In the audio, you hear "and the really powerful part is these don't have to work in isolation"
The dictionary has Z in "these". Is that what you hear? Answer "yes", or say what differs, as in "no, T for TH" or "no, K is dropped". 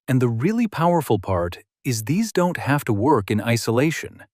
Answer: yes